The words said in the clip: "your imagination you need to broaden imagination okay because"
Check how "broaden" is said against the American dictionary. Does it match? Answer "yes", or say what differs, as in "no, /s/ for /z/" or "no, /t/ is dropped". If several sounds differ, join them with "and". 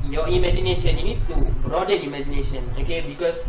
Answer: no, /n/ is dropped